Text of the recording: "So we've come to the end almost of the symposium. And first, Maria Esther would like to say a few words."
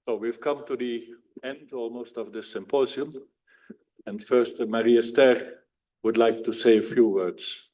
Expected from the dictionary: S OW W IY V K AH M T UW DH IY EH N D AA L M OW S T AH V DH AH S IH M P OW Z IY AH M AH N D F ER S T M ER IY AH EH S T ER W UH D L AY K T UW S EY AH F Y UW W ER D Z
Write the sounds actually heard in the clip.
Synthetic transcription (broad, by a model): S OW W IY V K AH M T UW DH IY EH N D AA L M OW S T AH V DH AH S IH M P OW Z IY AH M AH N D F ER S T M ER IY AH S T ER W UH D L AY K T UW S EY AH F Y UW W ER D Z